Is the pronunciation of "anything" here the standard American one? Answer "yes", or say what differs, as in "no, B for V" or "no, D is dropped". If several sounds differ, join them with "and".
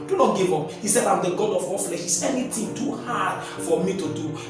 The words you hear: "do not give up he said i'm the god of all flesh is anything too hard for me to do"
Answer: no, T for TH